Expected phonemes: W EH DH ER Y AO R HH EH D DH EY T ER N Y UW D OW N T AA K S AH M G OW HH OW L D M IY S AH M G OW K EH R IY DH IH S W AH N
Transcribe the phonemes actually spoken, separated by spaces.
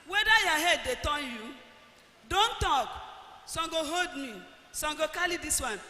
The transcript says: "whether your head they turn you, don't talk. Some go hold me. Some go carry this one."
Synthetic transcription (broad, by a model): W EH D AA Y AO HH EH D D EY T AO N Y UW D OW N T AA K S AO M G OW HH OW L D M IY S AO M G OW K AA L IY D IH S W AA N